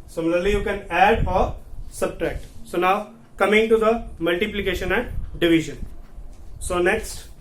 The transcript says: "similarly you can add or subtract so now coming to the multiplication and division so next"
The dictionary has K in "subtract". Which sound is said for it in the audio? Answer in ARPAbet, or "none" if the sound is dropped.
K